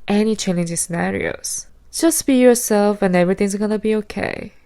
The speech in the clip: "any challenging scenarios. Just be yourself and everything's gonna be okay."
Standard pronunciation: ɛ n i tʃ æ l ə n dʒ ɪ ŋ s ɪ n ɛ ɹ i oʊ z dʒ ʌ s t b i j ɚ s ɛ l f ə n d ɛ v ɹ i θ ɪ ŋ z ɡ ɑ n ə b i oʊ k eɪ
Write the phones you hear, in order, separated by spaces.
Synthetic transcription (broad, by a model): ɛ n i tʃ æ l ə n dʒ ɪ s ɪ n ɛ ɹ i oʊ s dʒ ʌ s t b i j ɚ s ɛ l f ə n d ɛ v ɹ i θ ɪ ŋ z ɡ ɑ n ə b i oʊ k eɪ